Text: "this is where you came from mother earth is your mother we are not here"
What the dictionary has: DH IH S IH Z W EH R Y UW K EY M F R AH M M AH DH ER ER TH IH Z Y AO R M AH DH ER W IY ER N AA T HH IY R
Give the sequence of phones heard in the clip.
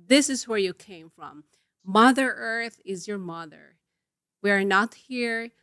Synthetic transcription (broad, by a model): DH IH S IH Z W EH R Y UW K EY M F R AH M M AH DH ER ER TH IH Z Y AO R M AH DH ER W IY ER N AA T HH IY R